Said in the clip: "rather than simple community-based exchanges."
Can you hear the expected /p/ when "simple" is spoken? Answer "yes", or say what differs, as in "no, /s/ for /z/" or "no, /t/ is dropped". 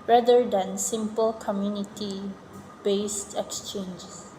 yes